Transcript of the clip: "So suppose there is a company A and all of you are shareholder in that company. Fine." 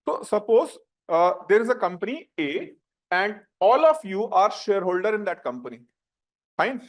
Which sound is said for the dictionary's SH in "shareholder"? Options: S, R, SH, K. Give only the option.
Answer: SH